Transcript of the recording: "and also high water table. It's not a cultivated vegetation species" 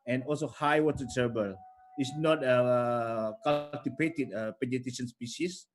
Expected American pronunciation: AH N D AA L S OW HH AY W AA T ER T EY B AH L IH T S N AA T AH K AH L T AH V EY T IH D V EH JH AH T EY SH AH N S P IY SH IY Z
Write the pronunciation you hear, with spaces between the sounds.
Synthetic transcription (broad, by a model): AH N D AA L S OW HH AY W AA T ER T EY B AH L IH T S N AA T AH K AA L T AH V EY T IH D P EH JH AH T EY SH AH N S P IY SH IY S